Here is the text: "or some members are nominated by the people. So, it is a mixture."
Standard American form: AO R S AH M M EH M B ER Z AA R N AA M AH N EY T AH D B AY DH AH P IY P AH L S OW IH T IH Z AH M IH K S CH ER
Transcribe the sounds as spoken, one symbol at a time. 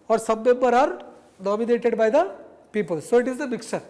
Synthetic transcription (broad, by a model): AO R S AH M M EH M B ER AA R N AA M AH N EY T AH D B AY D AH P IY P AH L S OW IH T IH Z AH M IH K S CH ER